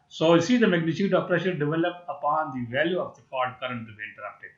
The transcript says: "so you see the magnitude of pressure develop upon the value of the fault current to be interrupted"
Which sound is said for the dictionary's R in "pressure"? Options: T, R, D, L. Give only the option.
R